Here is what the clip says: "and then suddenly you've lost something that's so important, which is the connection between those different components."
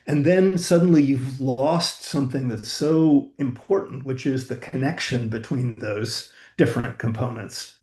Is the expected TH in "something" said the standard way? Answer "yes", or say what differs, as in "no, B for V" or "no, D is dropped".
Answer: yes